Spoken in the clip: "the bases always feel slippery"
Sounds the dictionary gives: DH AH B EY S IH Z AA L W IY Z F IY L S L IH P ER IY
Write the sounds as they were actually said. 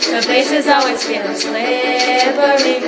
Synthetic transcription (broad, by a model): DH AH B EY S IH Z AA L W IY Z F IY N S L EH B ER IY